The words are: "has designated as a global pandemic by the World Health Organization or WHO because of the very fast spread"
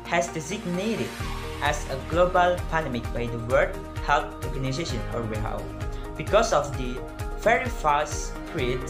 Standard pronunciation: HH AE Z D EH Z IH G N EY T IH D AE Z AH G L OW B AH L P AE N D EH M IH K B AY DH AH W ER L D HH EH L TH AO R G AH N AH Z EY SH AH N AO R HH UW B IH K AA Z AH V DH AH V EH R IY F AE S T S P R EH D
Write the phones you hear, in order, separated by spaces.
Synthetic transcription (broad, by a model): HH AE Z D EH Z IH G N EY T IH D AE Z AH G L OW B AH L P AE N D EH M IH K B AY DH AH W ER D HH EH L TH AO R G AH N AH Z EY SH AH N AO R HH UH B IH K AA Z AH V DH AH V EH R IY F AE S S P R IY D